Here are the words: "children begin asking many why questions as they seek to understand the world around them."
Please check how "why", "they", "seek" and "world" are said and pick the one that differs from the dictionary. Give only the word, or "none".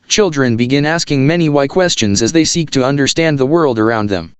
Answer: none